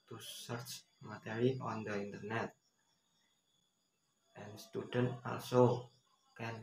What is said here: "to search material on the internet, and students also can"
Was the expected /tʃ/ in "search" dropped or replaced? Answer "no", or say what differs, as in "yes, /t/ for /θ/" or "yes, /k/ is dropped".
no